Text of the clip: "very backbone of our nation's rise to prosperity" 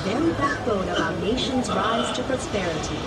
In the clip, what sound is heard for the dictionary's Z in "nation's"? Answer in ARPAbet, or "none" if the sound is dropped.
Z